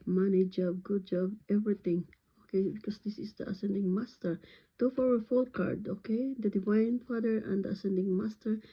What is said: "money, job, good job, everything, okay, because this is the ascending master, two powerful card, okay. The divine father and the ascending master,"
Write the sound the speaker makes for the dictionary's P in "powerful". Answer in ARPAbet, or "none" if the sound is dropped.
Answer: F